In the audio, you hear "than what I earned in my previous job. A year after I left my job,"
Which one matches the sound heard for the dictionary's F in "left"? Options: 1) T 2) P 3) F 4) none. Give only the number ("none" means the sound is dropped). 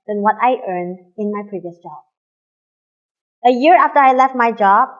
3